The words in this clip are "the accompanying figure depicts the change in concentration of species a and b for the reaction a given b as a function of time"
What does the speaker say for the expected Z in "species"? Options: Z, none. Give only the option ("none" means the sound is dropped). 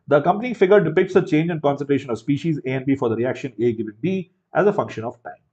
Z